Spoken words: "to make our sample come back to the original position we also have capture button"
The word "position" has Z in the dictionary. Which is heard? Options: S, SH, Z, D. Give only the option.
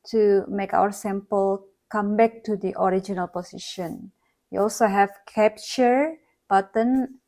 S